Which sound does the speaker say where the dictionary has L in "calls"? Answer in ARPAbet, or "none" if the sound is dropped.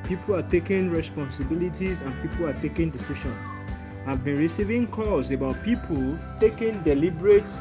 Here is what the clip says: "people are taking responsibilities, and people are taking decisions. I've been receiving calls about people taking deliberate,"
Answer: none